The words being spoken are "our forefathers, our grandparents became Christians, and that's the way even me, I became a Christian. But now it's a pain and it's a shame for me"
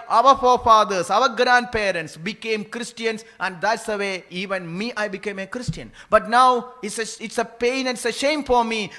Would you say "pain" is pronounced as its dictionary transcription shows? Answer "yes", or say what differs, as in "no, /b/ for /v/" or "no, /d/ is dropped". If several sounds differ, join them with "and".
no, /n/ is dropped